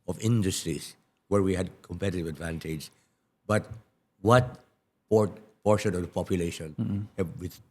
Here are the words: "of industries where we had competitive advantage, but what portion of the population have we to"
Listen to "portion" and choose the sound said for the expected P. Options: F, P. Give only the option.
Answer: P